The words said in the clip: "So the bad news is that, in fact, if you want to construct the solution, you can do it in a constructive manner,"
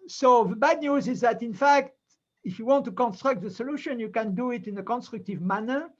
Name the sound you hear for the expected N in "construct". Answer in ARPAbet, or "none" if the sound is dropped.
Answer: N